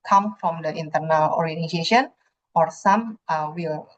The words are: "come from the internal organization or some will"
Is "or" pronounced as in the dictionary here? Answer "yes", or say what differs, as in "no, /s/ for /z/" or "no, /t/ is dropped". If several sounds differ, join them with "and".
yes